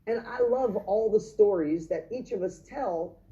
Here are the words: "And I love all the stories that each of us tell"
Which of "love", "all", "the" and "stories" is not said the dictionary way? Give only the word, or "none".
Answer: none